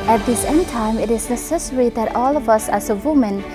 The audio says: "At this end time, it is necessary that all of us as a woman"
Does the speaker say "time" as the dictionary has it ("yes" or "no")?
yes